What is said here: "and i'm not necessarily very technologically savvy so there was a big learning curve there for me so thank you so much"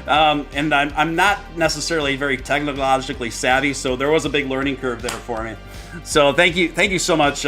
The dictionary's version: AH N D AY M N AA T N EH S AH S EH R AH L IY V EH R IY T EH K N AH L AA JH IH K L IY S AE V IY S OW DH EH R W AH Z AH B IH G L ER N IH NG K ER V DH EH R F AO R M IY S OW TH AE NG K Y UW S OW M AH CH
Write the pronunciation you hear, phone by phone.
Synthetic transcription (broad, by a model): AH N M AY M N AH T N EH S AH S EH R L IY V EH R IY T EH K N AH L AA JH IH K L IY S AE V IY S OW DH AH R W AH Z AH B IH G L ER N IH NG K ER V DH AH R F AO R M IY S OW TH AE NG K Y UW S OW M AH CH